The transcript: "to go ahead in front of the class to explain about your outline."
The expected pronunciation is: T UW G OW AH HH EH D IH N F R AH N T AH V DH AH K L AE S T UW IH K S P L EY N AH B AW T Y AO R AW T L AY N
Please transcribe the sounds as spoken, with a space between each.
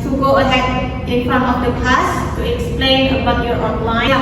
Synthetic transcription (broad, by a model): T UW G OW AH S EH IH N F R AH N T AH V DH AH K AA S T UW IH K S P L EY N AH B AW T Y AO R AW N L AY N